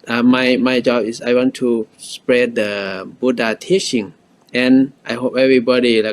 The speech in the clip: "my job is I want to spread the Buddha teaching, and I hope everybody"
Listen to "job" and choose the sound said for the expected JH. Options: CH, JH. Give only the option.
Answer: JH